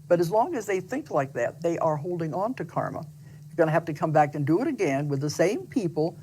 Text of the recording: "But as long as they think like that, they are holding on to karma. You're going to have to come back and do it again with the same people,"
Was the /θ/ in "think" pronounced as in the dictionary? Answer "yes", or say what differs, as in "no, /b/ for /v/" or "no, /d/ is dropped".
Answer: yes